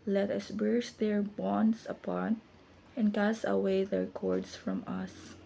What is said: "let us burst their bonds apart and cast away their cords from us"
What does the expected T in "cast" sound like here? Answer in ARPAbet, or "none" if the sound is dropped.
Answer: none